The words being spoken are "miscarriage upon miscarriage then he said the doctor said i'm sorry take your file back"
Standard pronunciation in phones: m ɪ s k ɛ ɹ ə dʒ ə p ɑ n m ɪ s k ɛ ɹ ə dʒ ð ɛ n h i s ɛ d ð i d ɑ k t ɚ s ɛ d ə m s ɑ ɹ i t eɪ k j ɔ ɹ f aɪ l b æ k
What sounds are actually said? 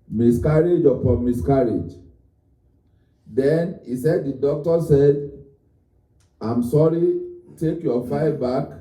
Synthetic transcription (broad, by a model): m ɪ s k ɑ ɹ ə dʒ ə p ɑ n m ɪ s k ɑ ɹ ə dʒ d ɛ n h i s ɛ d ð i d ɑ k t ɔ s ɛ d ə m s ɑ ɹ i t eɪ k j ɔ f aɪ b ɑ k